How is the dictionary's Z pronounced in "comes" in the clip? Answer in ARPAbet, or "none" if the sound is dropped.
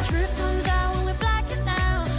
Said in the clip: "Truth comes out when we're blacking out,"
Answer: Z